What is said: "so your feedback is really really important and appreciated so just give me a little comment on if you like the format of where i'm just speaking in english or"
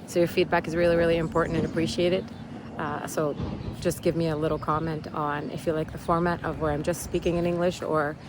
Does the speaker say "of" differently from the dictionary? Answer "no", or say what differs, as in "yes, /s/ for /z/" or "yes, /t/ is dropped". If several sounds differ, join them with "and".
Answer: no